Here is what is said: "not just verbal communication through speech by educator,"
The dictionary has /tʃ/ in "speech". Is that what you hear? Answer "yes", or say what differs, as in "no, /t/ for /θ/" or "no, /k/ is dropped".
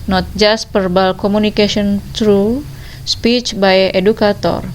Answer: yes